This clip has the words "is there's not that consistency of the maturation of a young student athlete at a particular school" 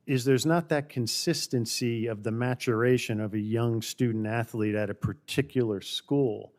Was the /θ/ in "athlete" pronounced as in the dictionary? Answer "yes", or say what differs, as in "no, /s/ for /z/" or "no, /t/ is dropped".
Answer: yes